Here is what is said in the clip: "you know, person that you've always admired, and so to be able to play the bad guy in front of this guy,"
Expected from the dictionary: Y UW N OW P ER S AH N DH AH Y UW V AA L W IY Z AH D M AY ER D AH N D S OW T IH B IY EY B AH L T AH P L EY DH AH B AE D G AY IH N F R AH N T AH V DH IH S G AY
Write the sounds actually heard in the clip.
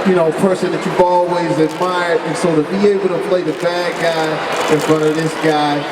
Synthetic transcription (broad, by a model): Y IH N OW P ER S AH N DH AH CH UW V AA L W IY Z AH D M AY ER D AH N S OW T IH B IY EY B L T AH P L EY DH AH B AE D G AY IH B R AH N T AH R DH IH S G AY